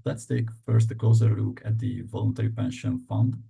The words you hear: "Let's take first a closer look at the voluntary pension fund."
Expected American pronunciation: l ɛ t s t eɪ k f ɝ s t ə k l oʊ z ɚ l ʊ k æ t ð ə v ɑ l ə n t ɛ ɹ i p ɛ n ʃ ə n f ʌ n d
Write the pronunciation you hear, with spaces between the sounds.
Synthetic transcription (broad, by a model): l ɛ t s t eɪ k f ɝ s t ə k l oʊ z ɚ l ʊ k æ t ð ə v ɑ l ə n t ɛ ɹ i p ɛ n ʃ ə n f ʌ n d